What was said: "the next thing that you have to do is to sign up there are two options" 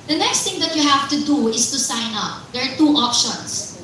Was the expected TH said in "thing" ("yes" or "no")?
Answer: no